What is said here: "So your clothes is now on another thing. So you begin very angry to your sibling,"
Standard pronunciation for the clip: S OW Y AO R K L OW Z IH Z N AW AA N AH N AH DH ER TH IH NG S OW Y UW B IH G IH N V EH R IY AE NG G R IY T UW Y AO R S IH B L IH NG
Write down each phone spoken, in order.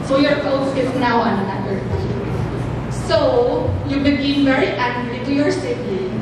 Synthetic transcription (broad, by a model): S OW Y AO R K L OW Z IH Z N AW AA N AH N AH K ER T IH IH S OW Y UW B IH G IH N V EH R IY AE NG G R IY T UW Y AO R S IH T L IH